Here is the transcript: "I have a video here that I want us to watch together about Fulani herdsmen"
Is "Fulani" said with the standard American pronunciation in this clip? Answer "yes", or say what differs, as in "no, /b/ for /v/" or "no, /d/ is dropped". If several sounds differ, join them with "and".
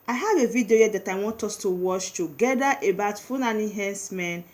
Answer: no, /n/ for /l/